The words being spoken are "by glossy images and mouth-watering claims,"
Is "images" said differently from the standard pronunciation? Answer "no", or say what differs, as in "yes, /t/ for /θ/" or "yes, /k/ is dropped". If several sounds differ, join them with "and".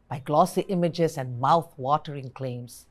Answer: yes, /s/ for /z/